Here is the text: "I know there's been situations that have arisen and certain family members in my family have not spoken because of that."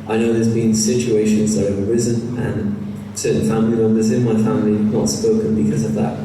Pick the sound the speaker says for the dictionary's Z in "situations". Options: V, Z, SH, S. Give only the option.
Z